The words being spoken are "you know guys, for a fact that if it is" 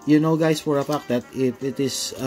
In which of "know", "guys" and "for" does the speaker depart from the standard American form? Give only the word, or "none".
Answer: guys